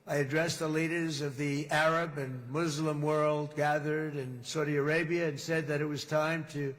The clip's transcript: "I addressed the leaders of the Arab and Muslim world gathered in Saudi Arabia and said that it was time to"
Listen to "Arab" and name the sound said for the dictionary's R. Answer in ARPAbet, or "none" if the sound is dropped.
R